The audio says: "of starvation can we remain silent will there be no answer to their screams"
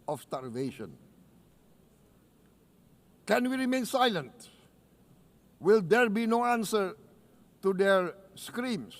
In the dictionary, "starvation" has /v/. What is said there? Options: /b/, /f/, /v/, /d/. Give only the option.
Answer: /v/